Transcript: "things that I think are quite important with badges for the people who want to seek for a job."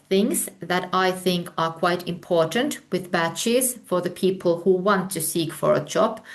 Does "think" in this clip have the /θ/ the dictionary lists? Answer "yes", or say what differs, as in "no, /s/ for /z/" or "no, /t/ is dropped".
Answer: yes